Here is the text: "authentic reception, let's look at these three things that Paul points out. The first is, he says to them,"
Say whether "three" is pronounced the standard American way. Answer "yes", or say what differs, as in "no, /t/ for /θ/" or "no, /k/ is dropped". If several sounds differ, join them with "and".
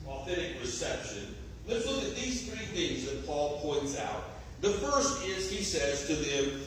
yes